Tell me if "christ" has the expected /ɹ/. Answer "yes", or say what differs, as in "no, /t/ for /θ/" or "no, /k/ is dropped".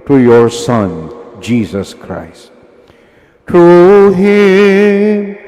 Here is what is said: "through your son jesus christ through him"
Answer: yes